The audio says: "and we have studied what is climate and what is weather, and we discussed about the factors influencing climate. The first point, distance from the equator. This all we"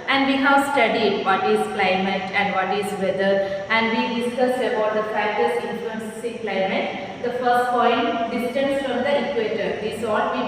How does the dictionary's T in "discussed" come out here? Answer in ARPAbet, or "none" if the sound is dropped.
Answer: none